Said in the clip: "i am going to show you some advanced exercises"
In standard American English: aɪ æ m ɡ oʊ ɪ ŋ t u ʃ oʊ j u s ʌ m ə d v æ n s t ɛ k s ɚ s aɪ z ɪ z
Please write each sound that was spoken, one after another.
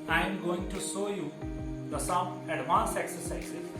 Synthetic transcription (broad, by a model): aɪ m ɡ oʊ ɪ ŋ t u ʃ oʊ j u s ʌ m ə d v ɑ n s ɛ k s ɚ s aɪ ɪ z